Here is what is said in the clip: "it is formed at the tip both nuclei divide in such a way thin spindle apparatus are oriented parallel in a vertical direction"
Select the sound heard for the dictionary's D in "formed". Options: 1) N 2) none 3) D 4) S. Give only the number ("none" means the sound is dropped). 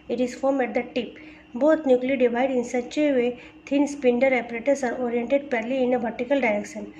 2